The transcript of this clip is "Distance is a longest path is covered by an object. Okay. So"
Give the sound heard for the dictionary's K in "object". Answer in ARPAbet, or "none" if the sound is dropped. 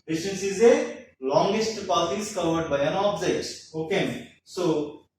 none